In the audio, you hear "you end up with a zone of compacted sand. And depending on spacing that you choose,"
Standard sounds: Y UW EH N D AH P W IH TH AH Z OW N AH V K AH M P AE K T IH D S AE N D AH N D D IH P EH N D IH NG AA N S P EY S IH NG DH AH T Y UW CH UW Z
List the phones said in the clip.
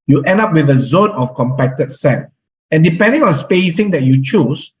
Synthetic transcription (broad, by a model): Y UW EH N D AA P W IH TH AH Z OW N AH F K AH M P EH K T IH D S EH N AH N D D IH P EH N D IH NG AA N S P EY S IH NG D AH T Y UW CH UW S